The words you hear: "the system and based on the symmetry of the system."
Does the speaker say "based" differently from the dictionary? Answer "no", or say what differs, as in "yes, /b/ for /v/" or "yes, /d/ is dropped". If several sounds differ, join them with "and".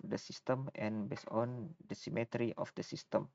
yes, /t/ is dropped